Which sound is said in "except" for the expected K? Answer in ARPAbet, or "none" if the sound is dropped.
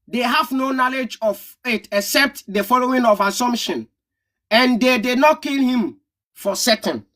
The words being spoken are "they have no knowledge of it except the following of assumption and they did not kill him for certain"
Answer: K